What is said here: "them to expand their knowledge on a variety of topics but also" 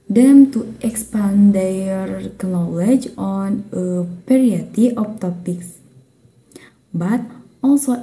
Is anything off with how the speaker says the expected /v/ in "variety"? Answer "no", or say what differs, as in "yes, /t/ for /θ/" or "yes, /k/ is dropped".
yes, /p/ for /v/